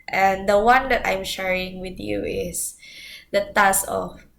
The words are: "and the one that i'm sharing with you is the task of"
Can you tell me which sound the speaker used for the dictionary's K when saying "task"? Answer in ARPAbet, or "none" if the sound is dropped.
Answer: none